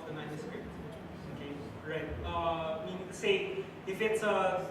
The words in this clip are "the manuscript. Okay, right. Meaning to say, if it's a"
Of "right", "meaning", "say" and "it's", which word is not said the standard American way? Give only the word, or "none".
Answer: meaning